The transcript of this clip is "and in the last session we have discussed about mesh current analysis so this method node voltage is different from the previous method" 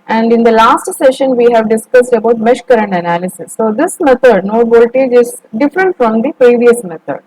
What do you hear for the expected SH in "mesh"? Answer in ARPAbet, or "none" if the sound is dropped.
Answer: SH